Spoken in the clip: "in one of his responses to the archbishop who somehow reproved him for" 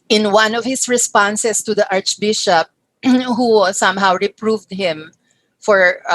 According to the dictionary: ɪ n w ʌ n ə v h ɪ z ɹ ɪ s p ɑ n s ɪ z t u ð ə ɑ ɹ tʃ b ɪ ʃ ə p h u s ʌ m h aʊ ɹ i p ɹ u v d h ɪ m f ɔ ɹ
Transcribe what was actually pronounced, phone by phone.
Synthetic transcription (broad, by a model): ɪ n w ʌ n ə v h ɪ s ɹ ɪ s p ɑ n s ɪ s t u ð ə ɑ ɹ tʃ b ɪ ʃ ə p h u s ʌ m h aʊ ɹ i p ɹ u v d h ɪ m f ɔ ɹ